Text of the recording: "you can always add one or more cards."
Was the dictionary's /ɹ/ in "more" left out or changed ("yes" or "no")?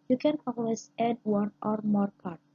no